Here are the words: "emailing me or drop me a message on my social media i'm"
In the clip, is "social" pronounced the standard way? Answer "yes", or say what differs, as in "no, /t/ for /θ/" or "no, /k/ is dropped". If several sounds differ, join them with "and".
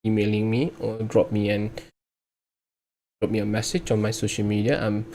yes